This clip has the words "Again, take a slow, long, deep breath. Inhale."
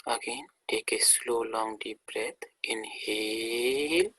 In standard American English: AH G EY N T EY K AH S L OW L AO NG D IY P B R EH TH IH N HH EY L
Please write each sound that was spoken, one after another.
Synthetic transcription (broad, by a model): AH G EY N T EY K AH S L OW L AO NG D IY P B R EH T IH N HH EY L